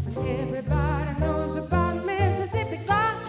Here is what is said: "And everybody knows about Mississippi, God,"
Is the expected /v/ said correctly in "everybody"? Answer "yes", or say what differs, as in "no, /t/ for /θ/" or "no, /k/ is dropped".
yes